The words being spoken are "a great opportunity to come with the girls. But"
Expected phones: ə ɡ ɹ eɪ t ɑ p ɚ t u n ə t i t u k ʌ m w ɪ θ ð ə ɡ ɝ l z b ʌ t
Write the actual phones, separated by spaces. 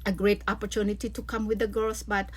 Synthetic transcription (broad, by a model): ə ɡ ɹ eɪ t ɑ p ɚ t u n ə t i t u k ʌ m w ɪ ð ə ɡ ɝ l s b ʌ t